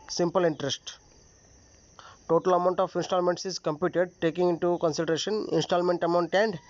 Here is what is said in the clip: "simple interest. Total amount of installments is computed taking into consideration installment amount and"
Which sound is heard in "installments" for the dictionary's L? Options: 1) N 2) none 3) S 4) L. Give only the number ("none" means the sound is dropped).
4